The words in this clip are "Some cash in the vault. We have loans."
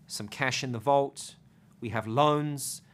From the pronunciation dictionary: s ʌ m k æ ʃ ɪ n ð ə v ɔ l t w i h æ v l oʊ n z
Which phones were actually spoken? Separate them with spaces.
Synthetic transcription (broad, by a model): s ʌ m k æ ʃ ɪ n ð ə v ɔ l t w i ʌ v l oʊ n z